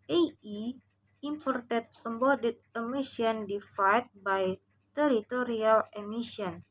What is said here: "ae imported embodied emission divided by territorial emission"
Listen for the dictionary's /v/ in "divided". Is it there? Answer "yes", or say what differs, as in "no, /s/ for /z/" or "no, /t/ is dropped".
no, /f/ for /v/